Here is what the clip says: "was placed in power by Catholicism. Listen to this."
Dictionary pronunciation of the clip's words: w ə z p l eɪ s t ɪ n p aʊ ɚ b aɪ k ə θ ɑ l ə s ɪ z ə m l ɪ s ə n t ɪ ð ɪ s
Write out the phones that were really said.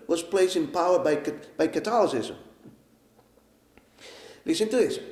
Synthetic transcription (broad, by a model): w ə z p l eɪ s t ɪ n p aʊ ɚ b aɪ k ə t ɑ l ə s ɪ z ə m l ɪ s ə n t ɪ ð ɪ s